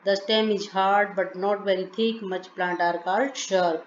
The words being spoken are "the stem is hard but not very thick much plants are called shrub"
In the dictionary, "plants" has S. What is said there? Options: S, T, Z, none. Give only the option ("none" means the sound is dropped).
none